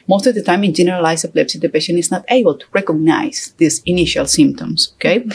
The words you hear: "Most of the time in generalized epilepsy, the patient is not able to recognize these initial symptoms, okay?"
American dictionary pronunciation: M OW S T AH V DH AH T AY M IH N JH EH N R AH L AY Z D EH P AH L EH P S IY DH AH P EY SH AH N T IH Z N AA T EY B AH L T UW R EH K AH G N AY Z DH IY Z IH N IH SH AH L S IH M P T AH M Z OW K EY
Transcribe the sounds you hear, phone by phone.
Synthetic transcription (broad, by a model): M OW S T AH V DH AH T AY M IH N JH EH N R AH L AY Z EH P L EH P S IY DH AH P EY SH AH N IH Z N AA T EY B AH L T UW R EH K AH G N AY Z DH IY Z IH N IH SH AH L S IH M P T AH M S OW K EY